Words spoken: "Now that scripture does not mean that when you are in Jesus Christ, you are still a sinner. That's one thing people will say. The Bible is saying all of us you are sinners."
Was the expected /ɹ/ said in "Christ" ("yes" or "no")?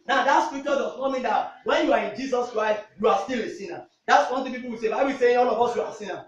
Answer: yes